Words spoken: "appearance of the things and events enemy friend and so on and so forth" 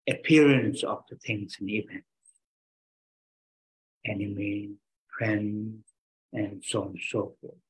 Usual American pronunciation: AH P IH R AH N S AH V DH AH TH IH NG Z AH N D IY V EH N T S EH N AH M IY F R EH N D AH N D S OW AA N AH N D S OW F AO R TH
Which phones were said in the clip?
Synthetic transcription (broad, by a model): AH P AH R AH N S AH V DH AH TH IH NG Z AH N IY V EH N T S EH N AH M IY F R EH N AH N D S OW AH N S OW F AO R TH